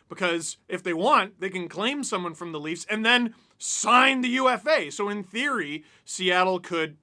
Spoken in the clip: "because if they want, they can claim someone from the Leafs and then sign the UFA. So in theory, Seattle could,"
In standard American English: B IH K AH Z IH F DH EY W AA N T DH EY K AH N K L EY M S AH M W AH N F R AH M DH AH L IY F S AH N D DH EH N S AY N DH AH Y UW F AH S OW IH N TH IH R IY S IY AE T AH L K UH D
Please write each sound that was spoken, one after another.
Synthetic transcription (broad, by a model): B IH K AH Z IH F DH EY W AA N T DH EY K AH N K L EY M S AH M W AH N F R AH M DH AH L IY F S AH N DH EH N S AY N DH AH Y UW F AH S OW IH N TH IH R IY S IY AE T L K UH D